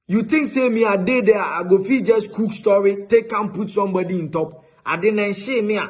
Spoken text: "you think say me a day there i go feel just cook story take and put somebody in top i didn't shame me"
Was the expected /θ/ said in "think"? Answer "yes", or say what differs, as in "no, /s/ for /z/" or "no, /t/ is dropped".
no, /t/ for /θ/